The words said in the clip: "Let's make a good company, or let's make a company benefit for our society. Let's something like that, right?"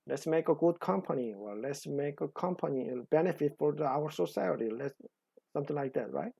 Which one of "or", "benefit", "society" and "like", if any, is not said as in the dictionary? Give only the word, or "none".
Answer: or